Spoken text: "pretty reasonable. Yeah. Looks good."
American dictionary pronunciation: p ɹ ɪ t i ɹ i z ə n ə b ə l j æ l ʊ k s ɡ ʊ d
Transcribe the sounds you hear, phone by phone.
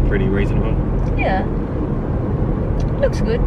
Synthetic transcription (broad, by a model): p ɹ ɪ t i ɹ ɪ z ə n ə ə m j æ l ʊ k s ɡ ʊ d